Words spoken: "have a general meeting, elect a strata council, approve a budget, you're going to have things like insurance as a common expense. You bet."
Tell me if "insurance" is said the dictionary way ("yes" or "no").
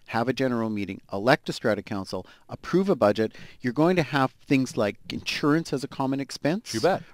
yes